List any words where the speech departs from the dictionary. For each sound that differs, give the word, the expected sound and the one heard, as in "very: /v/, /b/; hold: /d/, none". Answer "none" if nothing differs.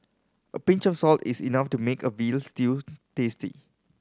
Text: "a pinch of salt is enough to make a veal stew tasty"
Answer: of: /v/, /f/; is: /z/, /s/